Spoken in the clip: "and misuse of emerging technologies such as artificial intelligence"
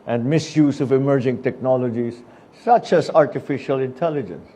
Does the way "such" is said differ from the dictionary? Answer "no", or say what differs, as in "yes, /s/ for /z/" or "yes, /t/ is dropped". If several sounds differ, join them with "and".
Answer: no